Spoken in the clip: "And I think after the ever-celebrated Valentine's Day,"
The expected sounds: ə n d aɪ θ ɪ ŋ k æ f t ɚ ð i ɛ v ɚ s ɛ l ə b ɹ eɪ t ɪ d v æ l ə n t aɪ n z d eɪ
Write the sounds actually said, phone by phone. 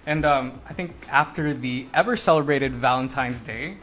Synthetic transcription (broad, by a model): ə n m aɪ θ ɪ ŋ k æ f t ɚ ð i ɛ v ɚ s ɛ l ə b ɹ eɪ t ɪ d v æ l ə n t aɪ n z d eɪ